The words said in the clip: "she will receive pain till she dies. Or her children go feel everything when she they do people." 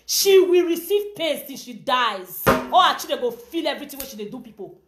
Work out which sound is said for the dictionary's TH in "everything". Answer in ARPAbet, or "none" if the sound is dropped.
T